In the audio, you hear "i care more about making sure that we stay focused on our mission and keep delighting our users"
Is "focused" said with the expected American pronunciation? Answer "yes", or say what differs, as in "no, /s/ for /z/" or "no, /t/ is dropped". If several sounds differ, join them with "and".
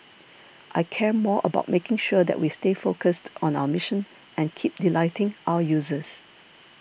yes